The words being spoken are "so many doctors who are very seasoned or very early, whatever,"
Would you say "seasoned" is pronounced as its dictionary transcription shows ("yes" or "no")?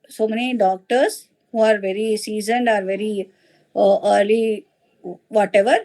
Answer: yes